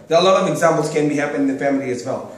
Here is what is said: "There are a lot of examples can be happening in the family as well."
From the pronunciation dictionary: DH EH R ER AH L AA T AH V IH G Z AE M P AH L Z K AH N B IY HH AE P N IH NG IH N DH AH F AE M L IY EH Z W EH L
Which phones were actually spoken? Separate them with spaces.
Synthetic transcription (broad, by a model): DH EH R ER AH L AA T AH V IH G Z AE M P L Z K AH N B IY HH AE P IH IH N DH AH F AE M L IY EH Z W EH L